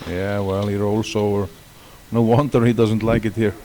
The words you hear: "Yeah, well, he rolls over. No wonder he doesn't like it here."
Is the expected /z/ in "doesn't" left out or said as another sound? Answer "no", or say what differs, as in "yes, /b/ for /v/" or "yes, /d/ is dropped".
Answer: no